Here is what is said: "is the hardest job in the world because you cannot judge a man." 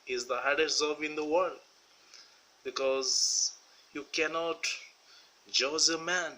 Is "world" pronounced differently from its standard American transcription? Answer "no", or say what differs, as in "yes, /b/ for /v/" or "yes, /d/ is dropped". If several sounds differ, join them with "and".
no